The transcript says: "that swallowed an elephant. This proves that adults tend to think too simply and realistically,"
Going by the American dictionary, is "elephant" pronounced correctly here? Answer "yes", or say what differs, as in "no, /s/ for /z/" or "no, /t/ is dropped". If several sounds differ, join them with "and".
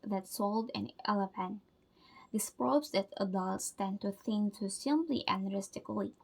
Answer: no, /p/ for /f/